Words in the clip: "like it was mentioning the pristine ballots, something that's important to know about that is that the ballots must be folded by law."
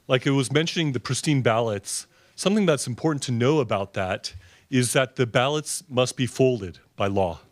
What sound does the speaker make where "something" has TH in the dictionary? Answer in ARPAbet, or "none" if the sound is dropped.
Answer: TH